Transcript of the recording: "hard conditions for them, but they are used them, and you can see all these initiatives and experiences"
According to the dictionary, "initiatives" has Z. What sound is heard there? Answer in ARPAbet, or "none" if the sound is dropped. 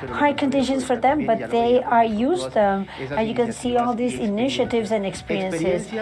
Z